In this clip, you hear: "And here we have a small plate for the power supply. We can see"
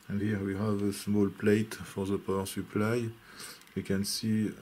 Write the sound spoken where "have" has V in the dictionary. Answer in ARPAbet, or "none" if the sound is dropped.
V